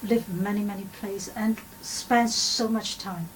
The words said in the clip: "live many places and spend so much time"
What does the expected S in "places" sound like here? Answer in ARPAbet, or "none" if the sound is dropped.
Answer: none